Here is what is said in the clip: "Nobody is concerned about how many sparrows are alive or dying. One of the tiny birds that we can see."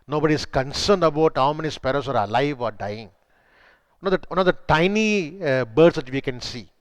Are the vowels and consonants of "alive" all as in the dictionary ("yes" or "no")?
yes